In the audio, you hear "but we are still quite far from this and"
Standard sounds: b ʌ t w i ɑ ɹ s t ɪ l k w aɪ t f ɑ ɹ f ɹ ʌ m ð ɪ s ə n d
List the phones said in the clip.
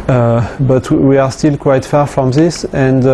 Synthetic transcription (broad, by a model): b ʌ t w i ɑ ɹ s t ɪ l k w aɪ t f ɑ ɹ f ɹ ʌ m ð ɪ s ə n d